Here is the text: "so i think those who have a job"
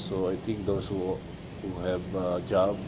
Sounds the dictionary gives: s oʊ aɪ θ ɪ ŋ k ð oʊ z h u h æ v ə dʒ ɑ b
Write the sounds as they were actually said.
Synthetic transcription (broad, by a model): s oʊ aɪ t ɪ ŋ k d oʊ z h u h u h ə dʒ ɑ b